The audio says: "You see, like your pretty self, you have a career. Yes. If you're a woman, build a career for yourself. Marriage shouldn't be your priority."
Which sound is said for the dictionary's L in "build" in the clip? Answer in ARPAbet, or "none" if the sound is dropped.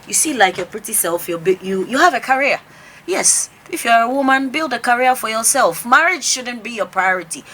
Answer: L